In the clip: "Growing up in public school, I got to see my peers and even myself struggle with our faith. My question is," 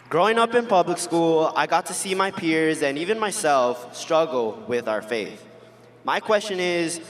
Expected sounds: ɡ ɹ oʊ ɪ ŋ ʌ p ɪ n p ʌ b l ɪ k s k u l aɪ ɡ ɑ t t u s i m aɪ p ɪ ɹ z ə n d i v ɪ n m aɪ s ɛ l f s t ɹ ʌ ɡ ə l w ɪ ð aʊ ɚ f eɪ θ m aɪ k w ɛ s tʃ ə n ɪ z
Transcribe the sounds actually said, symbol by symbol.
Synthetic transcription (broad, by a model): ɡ ɹ oʊ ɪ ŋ ʌ p ɪ n p ʌ b l ɪ k s k u l aɪ ɡ ɑ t t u s i m aɪ p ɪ ɹ z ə n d i v ɪ n m aɪ s ɛ l f s t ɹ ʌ ɡ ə l w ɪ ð aʊ ɚ f eɪ θ m aɪ k w ɛ s tʃ ə n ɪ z